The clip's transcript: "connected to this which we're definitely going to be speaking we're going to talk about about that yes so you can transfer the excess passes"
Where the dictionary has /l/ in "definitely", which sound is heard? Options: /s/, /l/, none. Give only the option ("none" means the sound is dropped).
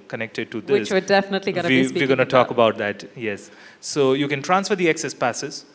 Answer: /l/